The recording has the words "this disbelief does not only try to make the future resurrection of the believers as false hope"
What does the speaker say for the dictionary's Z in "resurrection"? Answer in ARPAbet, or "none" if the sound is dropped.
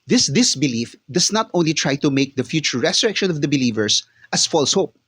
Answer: S